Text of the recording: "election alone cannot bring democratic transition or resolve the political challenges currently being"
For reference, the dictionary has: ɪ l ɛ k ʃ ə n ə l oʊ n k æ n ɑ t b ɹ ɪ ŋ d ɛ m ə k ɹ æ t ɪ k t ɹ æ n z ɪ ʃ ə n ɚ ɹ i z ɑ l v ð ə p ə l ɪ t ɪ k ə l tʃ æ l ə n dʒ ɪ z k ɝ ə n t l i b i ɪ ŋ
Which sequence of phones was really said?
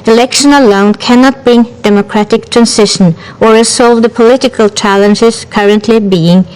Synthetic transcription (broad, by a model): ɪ l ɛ k ʃ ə n ə l oʊ n k æ n ɑ t b ɹ ɪ ŋ d ɛ m ə k ɹ æ t ɪ k t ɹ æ n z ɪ ʃ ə n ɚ ɹ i s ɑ l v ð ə p ə l ɪ t ɪ k ə l tʃ æ l ə n dʒ ɪ z k ɝ ə n t l i b i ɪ ŋ